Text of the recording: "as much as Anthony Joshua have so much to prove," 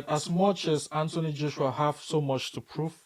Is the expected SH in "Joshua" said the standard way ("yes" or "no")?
yes